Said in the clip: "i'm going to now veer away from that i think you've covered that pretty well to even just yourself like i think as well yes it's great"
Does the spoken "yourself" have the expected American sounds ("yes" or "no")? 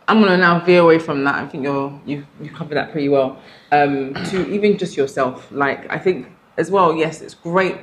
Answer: yes